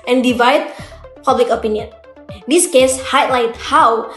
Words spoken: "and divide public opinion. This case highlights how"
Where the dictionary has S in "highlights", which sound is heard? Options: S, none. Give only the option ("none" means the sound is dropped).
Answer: none